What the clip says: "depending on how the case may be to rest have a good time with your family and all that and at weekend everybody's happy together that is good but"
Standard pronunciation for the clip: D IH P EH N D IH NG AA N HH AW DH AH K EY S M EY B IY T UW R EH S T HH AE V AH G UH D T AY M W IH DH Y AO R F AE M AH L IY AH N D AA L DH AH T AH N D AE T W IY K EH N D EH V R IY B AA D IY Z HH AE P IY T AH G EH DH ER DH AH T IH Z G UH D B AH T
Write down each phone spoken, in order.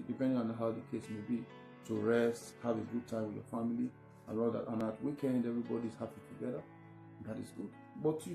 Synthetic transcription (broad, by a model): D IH P EH N D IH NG AA N HH AW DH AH K EY S M EY B IY T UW R EH S T HH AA V AH G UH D T AY M W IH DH Y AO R F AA M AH L IY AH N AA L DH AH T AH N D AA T W IY K EH N D EH V R IY B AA D IY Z HH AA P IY T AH G EH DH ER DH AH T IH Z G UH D B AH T